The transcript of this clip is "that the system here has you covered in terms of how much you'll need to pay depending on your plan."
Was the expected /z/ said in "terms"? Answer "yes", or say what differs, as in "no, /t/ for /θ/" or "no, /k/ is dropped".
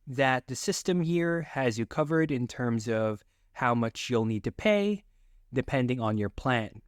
yes